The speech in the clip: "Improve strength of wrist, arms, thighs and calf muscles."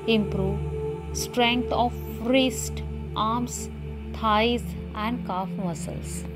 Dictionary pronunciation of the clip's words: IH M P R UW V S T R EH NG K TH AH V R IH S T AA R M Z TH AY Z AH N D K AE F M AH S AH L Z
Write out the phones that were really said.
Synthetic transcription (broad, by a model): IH M P R UW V S T R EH NG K T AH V R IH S T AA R M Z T AY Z AH N D K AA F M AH S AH L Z